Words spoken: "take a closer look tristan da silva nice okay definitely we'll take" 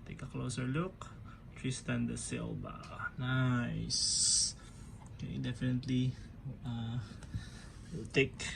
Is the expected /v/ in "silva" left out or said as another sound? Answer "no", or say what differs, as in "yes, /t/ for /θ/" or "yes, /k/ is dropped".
yes, /b/ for /v/